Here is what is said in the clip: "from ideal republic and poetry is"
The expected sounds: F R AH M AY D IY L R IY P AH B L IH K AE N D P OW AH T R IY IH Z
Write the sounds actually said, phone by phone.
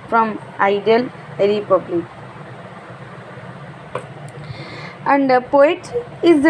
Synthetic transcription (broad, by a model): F R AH M AY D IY L R IY P AH B L IH K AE N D P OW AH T IY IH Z